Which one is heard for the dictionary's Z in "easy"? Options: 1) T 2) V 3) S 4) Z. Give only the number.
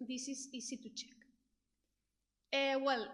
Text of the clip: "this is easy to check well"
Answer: 3